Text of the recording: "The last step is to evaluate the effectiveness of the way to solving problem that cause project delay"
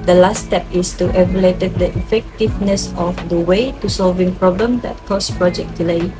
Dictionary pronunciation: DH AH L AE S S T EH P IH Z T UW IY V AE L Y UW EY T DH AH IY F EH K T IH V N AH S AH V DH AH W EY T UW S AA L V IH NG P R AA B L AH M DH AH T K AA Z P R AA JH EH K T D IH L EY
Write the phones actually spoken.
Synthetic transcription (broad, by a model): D AH L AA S S T EH P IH S T UW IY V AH L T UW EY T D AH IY F EH K T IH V N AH S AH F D AH W EY T UW S AA L V IH NG P R AA B L AH M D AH T K AA S P R AA JH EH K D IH L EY